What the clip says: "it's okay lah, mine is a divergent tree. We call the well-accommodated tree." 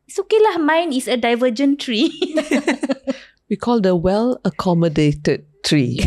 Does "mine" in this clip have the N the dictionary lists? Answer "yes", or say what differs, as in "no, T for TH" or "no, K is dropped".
yes